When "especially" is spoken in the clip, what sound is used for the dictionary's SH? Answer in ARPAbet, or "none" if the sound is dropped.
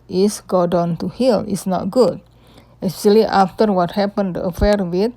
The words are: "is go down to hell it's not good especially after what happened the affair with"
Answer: none